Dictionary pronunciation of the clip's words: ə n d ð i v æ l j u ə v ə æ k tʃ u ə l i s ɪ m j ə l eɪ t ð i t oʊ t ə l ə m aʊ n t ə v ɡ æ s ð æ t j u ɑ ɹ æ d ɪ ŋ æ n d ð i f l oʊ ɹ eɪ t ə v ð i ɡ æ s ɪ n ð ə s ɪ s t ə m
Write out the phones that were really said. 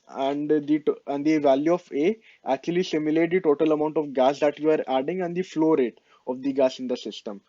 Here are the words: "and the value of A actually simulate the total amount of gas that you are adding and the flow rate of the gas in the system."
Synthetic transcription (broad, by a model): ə n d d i v æ l j u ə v ə æ k tʃ u ə l i s ɪ m j ə l eɪ t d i t oʊ t ə l ə m aʊ n t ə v ɡ æ s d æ t j u ɑ ɹ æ d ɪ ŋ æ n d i f l oʊ ɹ eɪ t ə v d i ɡ æ s ɪ n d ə s ɪ s t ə m